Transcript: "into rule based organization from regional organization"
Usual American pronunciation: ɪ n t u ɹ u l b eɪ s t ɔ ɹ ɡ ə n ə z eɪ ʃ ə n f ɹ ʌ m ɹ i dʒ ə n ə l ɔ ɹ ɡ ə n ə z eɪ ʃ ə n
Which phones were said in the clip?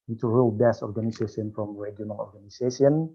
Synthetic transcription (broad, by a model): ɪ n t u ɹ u l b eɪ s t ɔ ɹ ɡ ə n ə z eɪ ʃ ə n f ɹ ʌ m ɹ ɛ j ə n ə n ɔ ɹ ɡ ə n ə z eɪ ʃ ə n